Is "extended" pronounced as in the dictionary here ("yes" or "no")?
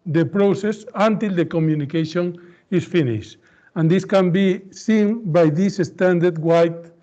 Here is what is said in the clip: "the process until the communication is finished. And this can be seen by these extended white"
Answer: no